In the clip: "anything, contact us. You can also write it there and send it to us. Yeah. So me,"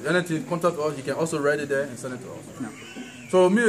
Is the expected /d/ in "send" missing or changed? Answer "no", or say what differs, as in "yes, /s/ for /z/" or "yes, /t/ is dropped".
yes, /d/ is dropped